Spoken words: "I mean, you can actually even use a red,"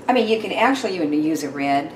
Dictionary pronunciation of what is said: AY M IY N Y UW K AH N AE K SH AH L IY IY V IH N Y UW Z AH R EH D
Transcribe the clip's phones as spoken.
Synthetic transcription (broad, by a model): AY M IY N Y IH K AH N AE K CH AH L IY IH IH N Y UW Z AH R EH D